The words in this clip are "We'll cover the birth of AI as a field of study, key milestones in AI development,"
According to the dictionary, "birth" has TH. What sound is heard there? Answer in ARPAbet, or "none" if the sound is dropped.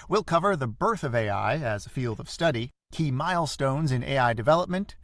TH